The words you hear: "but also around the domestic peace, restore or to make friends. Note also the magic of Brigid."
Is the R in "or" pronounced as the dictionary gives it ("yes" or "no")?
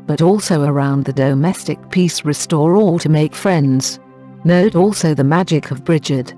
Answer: no